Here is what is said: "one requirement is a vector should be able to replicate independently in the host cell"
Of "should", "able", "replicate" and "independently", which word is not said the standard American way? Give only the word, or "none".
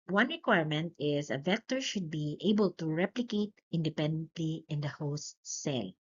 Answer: none